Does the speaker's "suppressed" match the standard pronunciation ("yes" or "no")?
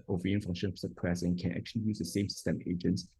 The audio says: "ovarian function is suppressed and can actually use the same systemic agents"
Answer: no